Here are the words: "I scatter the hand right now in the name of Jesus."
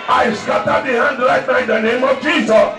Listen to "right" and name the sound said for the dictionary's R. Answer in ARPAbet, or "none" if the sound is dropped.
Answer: L